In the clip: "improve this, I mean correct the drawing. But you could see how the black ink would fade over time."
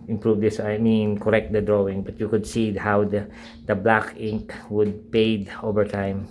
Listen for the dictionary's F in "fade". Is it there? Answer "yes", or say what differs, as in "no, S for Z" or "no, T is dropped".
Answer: no, P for F